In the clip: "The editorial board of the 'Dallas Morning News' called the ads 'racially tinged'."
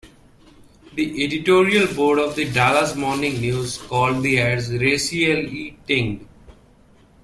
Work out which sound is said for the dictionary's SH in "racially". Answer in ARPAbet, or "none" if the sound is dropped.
S